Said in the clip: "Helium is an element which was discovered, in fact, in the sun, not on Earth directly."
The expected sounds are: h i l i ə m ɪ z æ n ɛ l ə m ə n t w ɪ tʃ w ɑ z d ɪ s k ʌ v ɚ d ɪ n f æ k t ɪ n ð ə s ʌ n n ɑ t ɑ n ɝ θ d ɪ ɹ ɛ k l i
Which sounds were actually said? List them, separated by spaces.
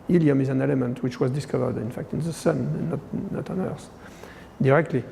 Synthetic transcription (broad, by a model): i l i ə m ɪ z æ n ɛ l ə m ə n t w ɪ tʃ w ɑ z d ɪ s k ʌ v ɚ d ɪ n f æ k t ɪ n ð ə s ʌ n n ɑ t ɑ n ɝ s d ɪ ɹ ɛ k l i